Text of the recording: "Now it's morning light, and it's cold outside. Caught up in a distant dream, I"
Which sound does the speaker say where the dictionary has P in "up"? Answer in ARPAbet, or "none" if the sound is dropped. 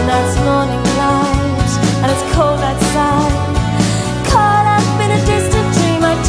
B